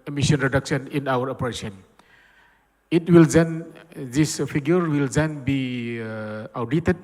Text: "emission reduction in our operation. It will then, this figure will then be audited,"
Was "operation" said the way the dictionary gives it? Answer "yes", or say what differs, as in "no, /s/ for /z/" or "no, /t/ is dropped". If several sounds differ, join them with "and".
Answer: no, /s/ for /ʃ/